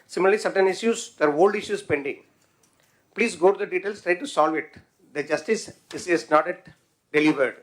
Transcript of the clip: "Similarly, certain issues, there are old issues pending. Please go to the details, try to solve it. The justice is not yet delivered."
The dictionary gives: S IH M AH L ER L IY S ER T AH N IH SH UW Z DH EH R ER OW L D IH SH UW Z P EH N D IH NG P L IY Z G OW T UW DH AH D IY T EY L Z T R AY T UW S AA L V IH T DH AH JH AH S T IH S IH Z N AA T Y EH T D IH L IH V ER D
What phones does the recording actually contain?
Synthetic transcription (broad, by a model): S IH M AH L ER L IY S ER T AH N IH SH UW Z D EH R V OW L D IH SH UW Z P EH N D IH NG P L IY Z G OW T UW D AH D IY T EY L S T R AY T UW S AA L V IH T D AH JH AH S T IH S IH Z N AA T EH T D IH L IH V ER D